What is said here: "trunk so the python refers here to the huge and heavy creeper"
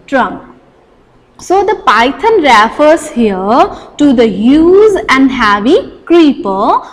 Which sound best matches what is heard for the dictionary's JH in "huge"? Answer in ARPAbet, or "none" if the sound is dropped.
Z